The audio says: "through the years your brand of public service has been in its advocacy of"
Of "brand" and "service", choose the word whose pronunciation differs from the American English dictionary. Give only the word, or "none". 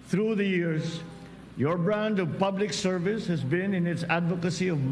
none